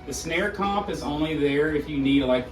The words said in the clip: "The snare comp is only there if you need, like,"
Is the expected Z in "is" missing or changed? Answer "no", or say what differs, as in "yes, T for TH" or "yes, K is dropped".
no